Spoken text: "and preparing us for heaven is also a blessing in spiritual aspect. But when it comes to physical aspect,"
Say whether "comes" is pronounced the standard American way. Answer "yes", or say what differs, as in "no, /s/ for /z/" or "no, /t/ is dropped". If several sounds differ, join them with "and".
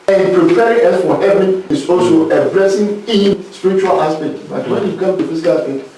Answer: no, /z/ is dropped